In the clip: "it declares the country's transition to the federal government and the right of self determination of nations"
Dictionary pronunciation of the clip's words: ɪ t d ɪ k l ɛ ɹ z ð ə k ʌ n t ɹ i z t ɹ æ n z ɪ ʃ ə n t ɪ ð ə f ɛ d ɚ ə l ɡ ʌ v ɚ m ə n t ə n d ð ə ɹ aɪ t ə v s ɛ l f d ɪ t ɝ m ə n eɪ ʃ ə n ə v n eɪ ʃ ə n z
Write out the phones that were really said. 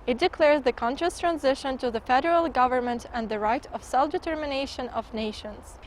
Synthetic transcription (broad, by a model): ɪ t d ɪ k l ɛ ɹ z ð ə k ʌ n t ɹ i s t ɹ æ n z ɪ ʃ ə n t ɪ ð ə f ɛ d ɚ ə l ɡ ʌ v ɚ m ə n t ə n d ð ə ɹ aɪ t ə v s ɛ l f d ɪ t ɝ m ə n eɪ ʃ ə n ə v n eɪ ʃ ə n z